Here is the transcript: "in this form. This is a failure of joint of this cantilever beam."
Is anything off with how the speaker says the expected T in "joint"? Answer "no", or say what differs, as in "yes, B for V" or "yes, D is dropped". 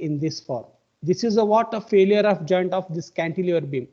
no